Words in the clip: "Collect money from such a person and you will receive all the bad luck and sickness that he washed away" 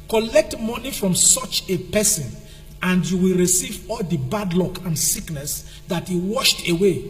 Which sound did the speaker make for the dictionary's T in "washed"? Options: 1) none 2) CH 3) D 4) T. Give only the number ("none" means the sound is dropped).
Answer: 4